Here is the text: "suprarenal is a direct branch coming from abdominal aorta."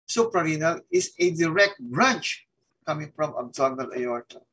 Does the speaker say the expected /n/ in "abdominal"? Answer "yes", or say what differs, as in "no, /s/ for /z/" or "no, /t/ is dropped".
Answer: no, /l/ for /n/